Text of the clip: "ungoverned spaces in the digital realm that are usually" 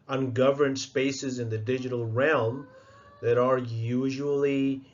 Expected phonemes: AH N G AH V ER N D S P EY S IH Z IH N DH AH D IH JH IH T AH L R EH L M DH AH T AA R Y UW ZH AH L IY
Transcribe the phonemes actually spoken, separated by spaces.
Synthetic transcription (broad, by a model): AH N G AH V ER N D S P EY S IH Z IH N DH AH D IH JH IH T AH L R EH L M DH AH T AA R Y UW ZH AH L IY